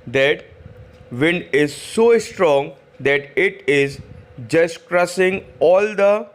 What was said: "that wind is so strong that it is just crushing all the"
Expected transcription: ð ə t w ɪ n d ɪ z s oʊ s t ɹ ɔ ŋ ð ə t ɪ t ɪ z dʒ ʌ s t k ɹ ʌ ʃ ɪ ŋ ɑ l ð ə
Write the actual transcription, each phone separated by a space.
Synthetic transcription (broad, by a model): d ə t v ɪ n d ɪ z s oʊ s t ɹ ɔ ŋ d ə t ɪ t ɪ z dʒ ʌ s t k ɹ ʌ s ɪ ŋ ɑ l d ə